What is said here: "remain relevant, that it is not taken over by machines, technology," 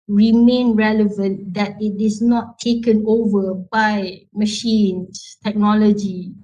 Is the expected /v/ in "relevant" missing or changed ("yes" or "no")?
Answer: no